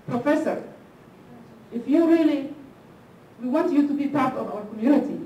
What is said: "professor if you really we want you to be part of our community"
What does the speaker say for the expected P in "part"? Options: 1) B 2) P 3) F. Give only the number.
2